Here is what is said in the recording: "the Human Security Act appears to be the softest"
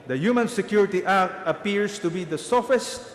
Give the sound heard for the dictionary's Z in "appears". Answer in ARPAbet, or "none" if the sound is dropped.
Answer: S